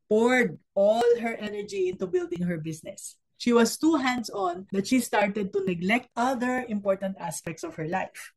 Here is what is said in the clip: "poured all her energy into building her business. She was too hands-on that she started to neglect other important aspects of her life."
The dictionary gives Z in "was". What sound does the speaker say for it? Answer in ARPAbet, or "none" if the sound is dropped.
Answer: S